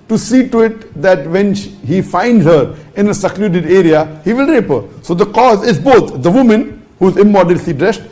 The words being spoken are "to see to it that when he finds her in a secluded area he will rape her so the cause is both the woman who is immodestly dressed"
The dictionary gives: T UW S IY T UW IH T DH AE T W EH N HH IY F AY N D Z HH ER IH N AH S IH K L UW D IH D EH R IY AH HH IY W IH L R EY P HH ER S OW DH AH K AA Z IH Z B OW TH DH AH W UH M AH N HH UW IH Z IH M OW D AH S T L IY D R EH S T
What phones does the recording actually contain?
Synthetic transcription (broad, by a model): T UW S IY T UW IH T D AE T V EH N HH IY F AY N D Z HH ER IH N AH S IH K L UW D IH D EH R IY AH HH IY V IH L R EY P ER S OW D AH K AA Z IH Z B OW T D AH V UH M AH N HH UW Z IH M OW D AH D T IY D R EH S T